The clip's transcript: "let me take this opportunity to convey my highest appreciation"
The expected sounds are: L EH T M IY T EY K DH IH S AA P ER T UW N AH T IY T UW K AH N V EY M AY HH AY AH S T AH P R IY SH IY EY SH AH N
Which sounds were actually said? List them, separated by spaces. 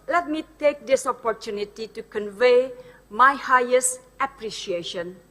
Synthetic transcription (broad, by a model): L EH T M IY T EY K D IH S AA P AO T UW N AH T IY T UW K AH N V EY M AY HH AY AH S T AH P R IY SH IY EY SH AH N